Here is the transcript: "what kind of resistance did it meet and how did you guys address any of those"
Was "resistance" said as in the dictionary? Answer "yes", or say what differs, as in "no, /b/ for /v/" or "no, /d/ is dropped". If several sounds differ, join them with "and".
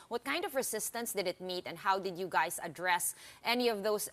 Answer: no, /s/ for /z/